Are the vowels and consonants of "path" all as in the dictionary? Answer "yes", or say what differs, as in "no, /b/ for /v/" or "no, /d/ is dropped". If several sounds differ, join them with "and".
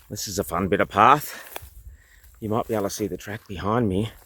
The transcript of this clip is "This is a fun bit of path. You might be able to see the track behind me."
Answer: yes